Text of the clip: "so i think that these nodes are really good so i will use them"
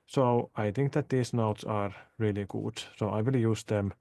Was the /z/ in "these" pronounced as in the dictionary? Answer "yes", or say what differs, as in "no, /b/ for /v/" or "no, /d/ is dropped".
no, /s/ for /z/